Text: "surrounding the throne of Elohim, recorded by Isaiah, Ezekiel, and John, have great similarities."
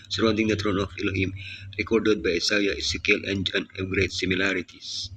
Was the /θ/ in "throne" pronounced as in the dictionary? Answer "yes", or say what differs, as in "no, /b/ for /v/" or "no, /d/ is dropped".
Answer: no, /t/ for /θ/